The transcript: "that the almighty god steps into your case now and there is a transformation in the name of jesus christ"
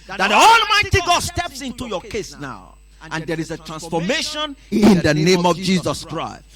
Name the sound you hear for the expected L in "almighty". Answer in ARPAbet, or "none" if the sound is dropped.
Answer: L